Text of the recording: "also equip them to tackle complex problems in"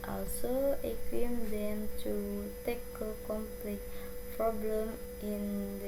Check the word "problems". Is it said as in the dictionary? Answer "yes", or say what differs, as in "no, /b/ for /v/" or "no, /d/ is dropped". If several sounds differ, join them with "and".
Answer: no, /z/ is dropped